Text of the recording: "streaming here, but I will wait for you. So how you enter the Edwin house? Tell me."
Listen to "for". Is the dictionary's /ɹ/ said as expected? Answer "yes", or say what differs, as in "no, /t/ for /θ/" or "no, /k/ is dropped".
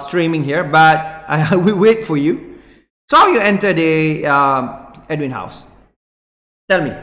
yes